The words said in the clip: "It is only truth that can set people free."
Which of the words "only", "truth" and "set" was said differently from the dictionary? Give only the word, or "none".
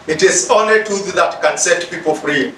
truth